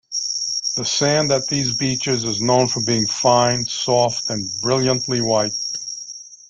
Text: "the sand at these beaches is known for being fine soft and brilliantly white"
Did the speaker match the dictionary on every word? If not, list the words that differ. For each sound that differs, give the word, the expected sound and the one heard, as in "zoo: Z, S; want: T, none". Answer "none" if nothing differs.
none